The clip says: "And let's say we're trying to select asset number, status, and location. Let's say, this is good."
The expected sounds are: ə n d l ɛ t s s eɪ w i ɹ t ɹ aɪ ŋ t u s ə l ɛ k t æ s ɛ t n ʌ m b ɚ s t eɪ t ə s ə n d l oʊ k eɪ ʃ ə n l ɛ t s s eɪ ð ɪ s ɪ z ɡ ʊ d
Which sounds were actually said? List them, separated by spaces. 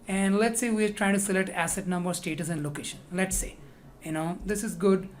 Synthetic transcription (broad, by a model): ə n d l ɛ t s s eɪ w i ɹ t ɹ aɪ ŋ t u s ə l ɛ k t æ s ɛ t n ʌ m b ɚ s t eɪ t ə s ə n d l oʊ k eɪ ʃ ə n l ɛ t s s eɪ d ɪ s ɪ z ɡ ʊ d